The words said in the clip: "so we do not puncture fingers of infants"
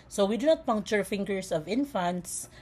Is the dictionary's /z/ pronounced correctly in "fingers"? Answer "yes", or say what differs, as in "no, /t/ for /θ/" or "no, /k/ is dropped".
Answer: no, /s/ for /z/